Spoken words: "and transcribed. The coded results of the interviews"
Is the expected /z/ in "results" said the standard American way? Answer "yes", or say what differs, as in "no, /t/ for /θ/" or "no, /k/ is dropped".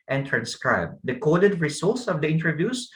no, /s/ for /z/